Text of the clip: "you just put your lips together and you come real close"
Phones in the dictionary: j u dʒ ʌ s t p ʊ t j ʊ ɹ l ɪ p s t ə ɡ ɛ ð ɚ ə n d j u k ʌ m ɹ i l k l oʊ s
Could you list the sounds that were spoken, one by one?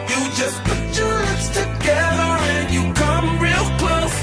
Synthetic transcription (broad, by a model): j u dʒ ʌ s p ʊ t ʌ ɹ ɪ s t ə ɡ ɛ ð ɚ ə n j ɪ k ʌ m ɹ i l k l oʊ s